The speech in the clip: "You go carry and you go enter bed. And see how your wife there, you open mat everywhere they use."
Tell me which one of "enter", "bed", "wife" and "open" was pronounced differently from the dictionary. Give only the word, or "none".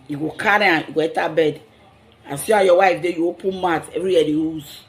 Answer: enter